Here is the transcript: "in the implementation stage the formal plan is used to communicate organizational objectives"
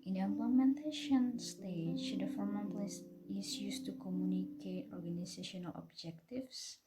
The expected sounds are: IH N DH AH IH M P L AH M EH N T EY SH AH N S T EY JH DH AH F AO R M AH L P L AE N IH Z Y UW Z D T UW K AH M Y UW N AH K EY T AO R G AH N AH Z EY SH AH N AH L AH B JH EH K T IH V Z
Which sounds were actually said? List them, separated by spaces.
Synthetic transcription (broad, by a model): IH N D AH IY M P L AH M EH N T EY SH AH N S T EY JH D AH F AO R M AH N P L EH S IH S Y UW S T UW K AH M Y UW N AH K EY T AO R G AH N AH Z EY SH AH N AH L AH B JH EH K T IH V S